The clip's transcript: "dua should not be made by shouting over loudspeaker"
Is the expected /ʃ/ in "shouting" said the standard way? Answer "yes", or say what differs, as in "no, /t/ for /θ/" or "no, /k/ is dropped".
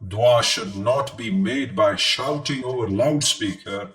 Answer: yes